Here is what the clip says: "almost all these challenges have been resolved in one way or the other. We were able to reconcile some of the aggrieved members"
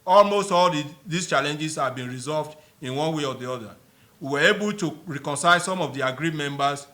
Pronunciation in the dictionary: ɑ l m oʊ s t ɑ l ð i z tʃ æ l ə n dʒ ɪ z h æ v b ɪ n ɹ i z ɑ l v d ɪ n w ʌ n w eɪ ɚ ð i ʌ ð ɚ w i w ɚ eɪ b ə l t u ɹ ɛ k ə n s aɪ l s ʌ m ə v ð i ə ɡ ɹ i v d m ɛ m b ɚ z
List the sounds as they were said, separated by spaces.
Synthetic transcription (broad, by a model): ɑ l m oʊ s t ɑ l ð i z tʃ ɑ l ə n dʒ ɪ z h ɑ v b ɪ n ɹ i z ɑ l v d ɪ n w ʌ n w eɪ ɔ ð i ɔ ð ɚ w i w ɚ eɪ b ə l t u ɹ ɛ k ə n s aɪ l s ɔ m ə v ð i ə ɡ ɹ i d m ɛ m b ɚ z